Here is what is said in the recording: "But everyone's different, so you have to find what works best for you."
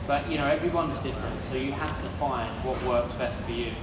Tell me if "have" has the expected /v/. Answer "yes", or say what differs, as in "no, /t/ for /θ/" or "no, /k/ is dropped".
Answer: no, /f/ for /v/